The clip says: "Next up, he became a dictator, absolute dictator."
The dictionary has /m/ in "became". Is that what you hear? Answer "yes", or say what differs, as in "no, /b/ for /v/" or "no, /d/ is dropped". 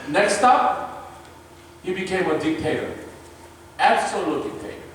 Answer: yes